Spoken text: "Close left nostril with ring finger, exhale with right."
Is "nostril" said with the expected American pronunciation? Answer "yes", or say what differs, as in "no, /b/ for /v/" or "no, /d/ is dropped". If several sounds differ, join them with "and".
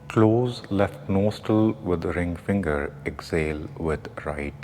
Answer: no, /ɹ/ is dropped